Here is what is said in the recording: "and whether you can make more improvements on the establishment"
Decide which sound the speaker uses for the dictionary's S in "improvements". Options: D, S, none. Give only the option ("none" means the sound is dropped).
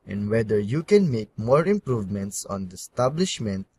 S